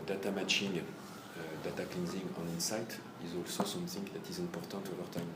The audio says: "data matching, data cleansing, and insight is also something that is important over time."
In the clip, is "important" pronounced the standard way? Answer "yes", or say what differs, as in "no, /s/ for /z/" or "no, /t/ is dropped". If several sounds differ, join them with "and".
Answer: no, /m/ is dropped and /n/ is dropped